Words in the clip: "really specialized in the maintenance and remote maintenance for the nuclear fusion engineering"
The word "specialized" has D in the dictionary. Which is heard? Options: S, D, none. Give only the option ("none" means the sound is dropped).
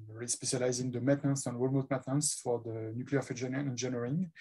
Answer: none